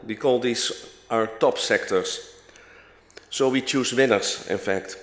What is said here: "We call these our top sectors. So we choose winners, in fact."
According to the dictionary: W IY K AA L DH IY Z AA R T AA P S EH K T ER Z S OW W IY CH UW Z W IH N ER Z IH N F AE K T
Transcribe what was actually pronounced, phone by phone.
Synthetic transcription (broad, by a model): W IY K AA L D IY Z AA R T AA P S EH K T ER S S OW W IY CH UW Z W IH N ER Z IH N F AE K T